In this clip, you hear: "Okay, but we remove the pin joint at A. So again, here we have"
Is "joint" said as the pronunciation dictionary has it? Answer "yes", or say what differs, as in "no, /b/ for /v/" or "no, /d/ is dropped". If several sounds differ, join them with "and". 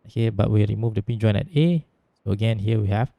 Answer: no, /t/ is dropped